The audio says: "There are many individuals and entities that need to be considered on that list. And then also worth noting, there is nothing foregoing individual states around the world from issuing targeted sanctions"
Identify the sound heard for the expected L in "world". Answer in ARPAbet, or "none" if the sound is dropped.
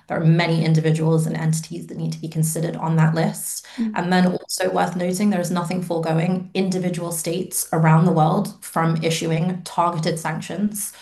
L